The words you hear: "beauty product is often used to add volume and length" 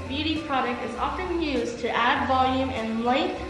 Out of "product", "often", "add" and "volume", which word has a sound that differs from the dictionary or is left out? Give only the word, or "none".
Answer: none